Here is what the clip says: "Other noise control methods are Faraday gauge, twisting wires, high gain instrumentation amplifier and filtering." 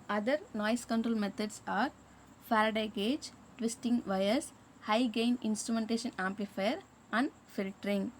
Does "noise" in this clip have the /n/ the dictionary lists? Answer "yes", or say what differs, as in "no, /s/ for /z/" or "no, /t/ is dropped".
no, /l/ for /n/